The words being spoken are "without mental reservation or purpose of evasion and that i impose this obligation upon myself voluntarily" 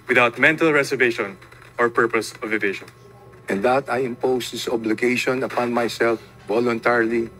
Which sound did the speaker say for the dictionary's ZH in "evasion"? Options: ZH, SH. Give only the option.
SH